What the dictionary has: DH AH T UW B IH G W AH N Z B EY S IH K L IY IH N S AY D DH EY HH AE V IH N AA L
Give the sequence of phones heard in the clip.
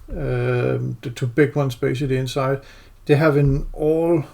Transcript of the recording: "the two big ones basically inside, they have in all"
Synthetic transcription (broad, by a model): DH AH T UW B IH G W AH N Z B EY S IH L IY IH N S AY D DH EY HH AE V IH N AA L